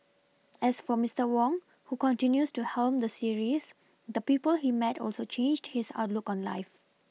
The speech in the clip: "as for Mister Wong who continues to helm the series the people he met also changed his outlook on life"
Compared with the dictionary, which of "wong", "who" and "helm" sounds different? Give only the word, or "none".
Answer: none